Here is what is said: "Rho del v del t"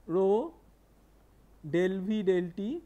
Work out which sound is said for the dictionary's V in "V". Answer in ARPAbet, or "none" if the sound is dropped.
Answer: B